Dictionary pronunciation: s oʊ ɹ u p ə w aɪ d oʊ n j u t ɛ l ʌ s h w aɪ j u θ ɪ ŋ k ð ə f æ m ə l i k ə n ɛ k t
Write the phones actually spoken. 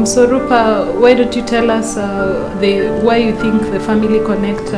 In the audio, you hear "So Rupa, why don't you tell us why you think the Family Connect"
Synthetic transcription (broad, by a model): s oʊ ɹ u p ə w aɪ d oʊ n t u t ɛ l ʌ s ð w aɪ j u θ ɪ ŋ k ð ə f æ m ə l i k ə n ɛ k t